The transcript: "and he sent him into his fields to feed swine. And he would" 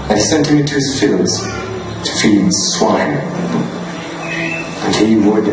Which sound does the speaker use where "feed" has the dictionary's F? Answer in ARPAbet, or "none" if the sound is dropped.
F